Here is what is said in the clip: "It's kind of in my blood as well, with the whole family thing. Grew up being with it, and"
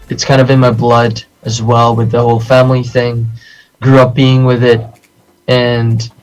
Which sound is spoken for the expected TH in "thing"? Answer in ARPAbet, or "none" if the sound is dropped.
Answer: TH